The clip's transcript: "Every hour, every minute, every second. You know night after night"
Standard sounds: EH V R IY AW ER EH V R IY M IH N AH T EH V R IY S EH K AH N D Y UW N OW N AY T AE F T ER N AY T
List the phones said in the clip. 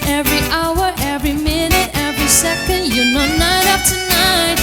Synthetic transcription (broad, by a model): EH V R IY AW ER EH V R IY M IH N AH T EH V R IY S EH K AH N D Y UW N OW N AY T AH P T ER N AY T